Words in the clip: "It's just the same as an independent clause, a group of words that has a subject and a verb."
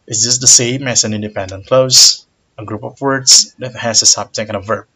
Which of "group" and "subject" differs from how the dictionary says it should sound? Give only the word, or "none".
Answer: subject